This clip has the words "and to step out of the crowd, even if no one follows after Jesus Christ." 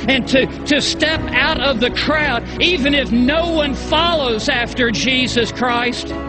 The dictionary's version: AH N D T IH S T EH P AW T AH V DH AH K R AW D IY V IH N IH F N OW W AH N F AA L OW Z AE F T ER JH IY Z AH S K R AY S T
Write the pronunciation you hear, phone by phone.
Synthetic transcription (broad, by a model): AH N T T IH S T EH P AW T AH V DH AH K R AW D IY V IH N IH F N OW W AH N F AA L OW Z AE F T ER JH IY Z AH S K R AY S T